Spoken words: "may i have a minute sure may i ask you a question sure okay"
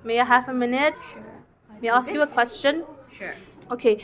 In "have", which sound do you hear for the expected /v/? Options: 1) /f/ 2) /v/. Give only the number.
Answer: 1